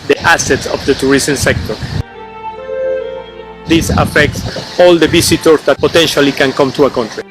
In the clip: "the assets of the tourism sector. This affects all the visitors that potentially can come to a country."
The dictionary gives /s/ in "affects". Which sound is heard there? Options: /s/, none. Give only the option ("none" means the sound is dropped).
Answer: /s/